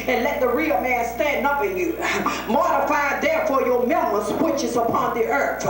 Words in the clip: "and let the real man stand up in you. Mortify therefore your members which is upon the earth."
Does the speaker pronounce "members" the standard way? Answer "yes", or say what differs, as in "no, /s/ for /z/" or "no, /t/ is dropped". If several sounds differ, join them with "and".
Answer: no, /b/ is dropped